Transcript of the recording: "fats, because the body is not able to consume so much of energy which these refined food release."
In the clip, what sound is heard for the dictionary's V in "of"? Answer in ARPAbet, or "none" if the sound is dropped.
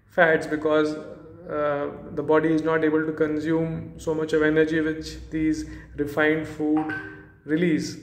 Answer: V